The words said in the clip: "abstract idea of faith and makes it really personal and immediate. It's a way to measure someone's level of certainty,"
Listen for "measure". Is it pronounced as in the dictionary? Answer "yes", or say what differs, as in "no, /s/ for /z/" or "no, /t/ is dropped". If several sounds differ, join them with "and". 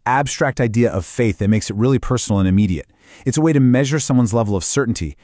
yes